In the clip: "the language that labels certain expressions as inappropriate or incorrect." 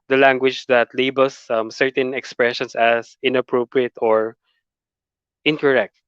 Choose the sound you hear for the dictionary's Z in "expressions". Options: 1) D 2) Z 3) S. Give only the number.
3